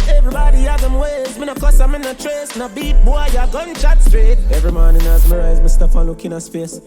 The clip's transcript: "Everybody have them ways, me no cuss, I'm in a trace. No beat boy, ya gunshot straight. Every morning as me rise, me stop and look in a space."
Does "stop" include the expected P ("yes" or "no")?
no